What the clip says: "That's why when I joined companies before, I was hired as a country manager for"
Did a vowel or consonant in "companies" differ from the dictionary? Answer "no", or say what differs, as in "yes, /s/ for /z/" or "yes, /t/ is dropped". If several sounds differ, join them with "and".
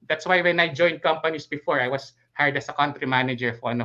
yes, /s/ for /z/